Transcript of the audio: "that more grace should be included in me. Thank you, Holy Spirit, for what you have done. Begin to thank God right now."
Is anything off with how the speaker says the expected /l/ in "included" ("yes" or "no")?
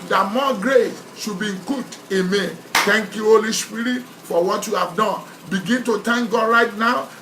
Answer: yes